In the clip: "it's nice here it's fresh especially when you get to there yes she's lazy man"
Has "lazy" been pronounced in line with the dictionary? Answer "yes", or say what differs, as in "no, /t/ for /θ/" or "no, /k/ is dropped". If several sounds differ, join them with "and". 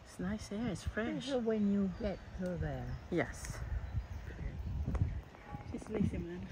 no, /s/ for /z/